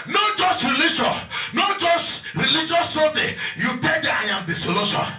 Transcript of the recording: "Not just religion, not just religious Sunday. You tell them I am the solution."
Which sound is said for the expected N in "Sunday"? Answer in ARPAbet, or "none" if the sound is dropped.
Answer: none